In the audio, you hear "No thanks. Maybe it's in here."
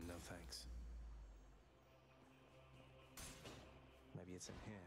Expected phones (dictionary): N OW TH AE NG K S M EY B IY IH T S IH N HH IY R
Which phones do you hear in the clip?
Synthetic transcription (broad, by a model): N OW TH AE NG K S M EY B IY IH T S IH N HH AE